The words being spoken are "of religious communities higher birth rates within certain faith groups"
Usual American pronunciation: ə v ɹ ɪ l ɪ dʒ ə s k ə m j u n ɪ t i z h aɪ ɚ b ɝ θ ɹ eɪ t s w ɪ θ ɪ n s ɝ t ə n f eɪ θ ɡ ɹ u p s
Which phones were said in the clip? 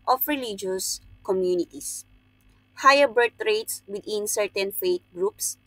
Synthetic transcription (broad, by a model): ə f ɹ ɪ l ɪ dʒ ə s k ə m j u n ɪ t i s h aɪ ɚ b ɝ t ɹ eɪ t s w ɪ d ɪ n s ɝ t ə n f eɪ t ɡ ɹ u p s